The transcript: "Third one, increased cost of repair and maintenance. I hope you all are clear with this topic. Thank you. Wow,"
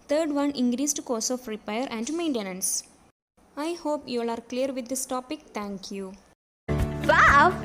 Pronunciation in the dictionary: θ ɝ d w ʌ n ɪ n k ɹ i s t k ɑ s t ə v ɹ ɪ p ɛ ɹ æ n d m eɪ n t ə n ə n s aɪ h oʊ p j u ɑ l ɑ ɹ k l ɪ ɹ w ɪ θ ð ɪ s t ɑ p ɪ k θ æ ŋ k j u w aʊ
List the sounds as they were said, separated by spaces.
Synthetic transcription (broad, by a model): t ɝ d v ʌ n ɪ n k ɹ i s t k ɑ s ə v ɹ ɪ p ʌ ɹ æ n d m eɪ n t ə n ə n s aɪ h oʊ p j u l ɑ ɹ k l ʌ ɹ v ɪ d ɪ s t ɑ p ɪ k t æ ŋ k j u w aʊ